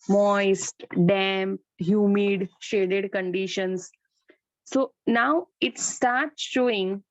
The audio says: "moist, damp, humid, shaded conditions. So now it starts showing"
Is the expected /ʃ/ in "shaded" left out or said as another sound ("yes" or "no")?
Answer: no